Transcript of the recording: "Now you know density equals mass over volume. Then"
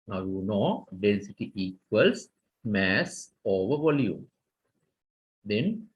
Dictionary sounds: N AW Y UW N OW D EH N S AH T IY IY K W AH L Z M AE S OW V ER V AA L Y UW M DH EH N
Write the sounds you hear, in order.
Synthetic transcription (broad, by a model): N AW Y UW N OW D EH N S AH T IY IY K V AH L S M AE S OW V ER V AA L Y UW M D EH N